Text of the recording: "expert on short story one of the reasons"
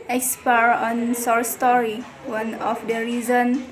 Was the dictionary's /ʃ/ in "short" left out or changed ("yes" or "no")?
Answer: yes